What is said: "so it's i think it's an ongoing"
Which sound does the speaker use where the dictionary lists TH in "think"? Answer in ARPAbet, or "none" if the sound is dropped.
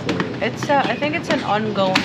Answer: TH